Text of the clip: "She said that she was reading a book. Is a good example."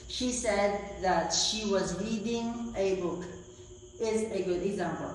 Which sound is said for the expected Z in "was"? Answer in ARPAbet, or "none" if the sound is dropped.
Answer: Z